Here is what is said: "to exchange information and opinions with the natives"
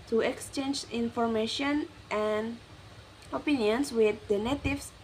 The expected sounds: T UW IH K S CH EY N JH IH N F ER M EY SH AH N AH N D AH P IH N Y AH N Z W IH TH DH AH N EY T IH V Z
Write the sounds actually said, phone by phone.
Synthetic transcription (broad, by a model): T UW IH K S CH EY N JH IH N F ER M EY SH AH N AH N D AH P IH N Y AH N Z W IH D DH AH N EY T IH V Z